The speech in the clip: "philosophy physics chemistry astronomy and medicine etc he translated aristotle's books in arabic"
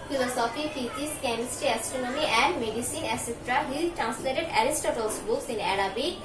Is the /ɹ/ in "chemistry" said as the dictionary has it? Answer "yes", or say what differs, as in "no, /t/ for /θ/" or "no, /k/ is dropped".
no, /ɹ/ is dropped